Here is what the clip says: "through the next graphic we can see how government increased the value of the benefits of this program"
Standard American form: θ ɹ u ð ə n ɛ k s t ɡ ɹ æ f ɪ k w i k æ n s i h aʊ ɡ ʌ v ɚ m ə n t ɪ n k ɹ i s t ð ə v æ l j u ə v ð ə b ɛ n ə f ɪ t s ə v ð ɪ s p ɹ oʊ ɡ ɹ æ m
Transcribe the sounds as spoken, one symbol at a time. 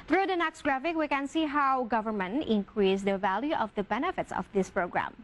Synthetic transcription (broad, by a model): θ ɹ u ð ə n ɛ k s t ɡ ɹ æ f ɪ k w i k æ n s i h aʊ ɡ ʌ v ɚ m ə n t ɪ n k ɹ i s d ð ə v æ l j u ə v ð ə b ɛ n ə f ɪ t s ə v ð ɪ s p ɹ oʊ ɡ ɹ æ m